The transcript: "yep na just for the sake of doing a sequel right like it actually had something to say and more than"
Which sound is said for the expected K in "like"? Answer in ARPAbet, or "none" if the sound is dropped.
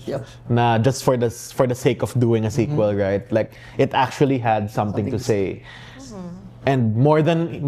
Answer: K